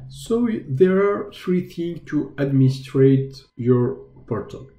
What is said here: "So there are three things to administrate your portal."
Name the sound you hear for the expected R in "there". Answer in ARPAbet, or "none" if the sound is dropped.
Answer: R